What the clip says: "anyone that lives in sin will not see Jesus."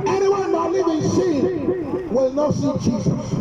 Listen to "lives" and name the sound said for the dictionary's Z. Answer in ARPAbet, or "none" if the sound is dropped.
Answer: none